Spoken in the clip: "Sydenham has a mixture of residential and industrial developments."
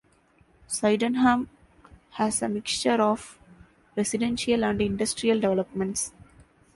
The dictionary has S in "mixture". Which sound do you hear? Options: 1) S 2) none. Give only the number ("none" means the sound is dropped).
1